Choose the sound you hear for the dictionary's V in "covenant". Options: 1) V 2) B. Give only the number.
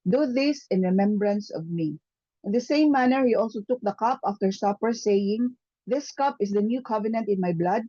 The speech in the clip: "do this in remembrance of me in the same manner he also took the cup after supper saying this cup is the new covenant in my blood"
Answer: 1